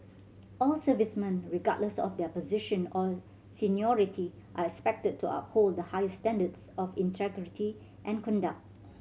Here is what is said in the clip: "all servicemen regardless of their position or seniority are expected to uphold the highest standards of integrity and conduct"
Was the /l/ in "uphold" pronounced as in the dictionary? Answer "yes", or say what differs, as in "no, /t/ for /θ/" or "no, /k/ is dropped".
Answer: yes